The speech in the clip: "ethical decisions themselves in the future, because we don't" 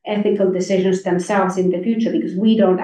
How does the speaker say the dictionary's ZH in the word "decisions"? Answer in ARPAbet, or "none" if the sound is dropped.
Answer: ZH